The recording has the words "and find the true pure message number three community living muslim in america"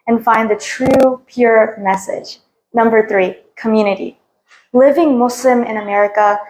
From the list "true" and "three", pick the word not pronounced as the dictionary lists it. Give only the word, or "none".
none